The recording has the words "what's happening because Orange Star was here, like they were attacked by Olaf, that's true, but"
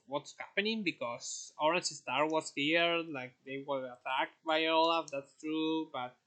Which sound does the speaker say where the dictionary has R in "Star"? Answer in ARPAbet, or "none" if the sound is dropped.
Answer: R